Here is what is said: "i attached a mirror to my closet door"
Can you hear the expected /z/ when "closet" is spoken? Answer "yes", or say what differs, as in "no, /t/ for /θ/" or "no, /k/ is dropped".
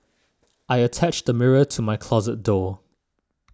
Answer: yes